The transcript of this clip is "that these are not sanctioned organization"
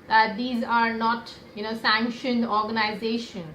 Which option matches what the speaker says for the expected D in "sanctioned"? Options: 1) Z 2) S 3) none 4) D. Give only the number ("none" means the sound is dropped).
4